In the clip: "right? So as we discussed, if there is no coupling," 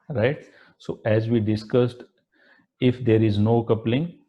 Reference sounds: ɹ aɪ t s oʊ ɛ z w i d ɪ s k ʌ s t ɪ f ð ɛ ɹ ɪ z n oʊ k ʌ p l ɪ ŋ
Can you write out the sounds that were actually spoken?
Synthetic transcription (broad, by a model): ɹ aɪ t s oʊ ɛ z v i d ɪ s k ʌ s t ɪ f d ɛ ɹ ɪ z n oʊ k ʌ p l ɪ ŋ